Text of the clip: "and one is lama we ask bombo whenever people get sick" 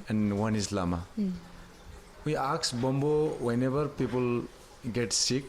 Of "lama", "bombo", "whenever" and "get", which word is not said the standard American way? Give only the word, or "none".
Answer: whenever